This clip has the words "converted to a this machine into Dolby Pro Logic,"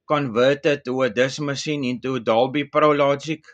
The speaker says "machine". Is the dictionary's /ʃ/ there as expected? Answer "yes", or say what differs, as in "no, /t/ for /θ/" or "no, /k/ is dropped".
no, /s/ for /ʃ/